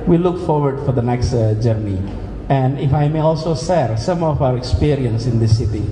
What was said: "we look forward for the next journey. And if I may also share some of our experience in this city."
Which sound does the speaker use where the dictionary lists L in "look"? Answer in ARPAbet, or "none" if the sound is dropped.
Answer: L